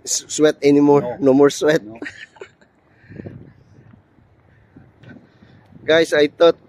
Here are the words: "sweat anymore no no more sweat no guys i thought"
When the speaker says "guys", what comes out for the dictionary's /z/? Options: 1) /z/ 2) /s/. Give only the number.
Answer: 2